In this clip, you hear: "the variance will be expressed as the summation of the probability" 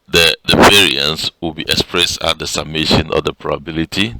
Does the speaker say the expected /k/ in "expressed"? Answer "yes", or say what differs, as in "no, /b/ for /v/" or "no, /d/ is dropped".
yes